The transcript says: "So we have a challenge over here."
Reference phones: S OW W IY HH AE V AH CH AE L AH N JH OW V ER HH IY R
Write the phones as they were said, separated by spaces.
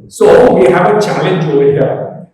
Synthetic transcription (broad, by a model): S OW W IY HH AE V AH CH AE L AH N JH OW IH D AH